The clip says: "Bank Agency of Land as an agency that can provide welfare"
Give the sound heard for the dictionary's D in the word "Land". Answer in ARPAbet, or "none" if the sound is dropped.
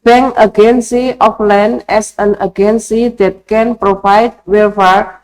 none